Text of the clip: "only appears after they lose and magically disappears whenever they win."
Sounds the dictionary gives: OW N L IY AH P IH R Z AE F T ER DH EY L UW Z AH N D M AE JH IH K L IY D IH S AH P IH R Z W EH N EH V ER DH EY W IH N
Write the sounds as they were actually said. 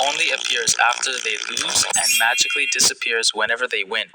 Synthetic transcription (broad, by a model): OW N L IY AH P IH R Z AE F T ER DH EY L UW Z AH N M AE JH IH K L IY D IH S AH P IH R Z W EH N EH V ER DH EY W IH N